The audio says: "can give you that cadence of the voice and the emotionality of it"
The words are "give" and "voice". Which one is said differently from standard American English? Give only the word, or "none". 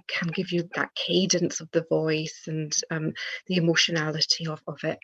none